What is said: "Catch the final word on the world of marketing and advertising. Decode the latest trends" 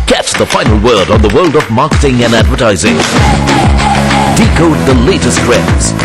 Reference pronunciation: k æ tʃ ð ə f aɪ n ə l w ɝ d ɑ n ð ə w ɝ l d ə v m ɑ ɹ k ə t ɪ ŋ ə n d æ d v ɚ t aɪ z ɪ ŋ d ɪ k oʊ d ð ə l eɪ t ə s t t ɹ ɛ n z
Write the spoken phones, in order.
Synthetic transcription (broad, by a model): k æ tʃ ð ə f aɪ n l w ɝ d n ð ə w ɝ l d ə v m ɑ ɹ k ə t ɪ ŋ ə n æ d v ɚ t aɪ z ɪ ŋ d ɪ k oʊ d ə l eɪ t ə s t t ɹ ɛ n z